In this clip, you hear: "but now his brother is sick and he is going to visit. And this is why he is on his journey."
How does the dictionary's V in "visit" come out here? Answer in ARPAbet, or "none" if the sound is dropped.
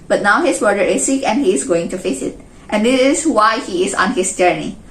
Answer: F